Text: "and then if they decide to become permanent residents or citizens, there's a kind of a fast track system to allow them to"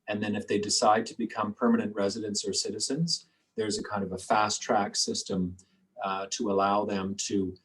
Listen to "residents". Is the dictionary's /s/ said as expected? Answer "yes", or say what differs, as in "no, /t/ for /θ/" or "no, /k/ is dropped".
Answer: yes